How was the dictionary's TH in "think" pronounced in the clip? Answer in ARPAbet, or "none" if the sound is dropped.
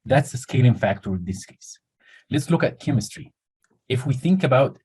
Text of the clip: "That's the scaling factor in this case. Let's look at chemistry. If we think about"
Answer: TH